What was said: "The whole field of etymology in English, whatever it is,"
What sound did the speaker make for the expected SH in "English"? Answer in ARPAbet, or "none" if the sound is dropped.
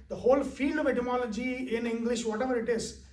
SH